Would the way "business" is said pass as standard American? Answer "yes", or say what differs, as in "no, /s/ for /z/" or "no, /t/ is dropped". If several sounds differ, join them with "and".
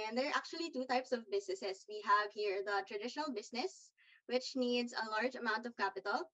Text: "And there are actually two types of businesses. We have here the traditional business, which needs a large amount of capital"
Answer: no, /s/ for /z/